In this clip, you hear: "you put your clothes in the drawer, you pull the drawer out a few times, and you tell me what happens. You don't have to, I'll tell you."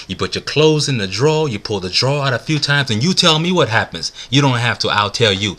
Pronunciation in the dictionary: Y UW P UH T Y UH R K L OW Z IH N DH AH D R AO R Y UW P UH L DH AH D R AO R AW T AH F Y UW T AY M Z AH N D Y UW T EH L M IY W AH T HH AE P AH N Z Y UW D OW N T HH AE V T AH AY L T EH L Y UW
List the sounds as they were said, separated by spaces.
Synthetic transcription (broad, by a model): Y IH P UH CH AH R K L OW Z IH N DH AH D R AO Y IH P UH L DH AH D R AO AW T AH F Y UW T AY M Z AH N Y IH T EH L M IY W AH T HH AE P AH N Z Y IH D OW N T HH AE F T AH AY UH T EH L Y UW